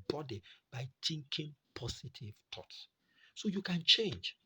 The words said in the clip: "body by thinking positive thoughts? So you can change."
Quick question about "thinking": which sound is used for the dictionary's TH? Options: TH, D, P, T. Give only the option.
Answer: T